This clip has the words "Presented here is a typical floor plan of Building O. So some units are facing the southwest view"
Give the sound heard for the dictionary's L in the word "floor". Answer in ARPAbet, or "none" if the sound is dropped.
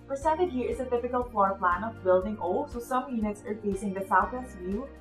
none